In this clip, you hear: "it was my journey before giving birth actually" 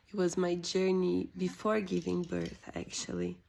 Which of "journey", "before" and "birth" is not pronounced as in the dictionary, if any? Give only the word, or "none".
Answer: none